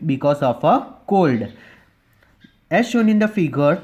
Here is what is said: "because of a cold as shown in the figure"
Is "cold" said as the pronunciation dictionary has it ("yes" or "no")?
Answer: yes